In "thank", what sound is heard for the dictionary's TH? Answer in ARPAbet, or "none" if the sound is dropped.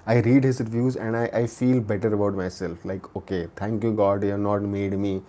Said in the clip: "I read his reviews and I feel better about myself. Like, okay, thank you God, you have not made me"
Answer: T